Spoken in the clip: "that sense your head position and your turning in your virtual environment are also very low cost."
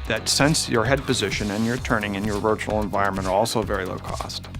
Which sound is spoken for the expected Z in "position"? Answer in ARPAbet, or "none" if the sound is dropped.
Z